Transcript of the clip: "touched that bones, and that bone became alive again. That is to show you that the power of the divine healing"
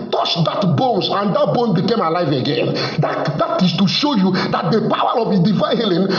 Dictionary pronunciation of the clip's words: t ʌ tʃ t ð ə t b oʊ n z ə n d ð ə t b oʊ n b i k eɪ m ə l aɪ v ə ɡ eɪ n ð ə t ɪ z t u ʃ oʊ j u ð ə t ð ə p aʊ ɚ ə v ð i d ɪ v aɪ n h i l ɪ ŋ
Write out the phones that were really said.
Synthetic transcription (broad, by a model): t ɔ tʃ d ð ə t b oʊ n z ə n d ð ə t b oʊ n b i k eɪ m ə l aɪ v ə ɡ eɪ n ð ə t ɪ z t u ʃ oʊ j u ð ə t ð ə p aʊ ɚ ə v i d ɪ v aɪ n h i l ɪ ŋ